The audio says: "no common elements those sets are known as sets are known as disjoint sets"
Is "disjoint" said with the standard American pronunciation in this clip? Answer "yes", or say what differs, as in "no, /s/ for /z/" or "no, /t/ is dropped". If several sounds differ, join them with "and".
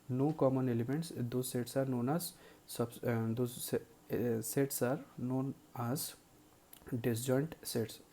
yes